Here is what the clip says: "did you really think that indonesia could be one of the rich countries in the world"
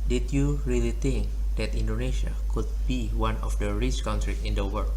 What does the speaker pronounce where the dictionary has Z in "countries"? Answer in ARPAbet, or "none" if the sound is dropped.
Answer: none